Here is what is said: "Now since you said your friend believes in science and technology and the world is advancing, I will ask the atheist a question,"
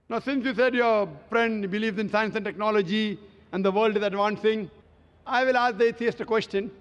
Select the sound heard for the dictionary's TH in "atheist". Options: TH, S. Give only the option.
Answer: S